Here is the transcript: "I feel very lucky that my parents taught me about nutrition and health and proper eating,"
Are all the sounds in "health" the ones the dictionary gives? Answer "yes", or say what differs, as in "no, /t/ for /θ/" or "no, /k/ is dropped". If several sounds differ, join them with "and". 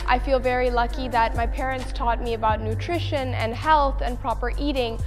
yes